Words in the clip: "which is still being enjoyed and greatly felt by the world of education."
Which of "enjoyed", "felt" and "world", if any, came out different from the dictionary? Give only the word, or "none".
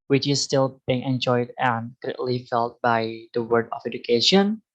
world